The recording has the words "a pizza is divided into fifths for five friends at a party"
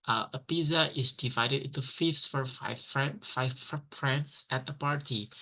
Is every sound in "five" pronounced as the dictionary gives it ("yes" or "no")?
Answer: no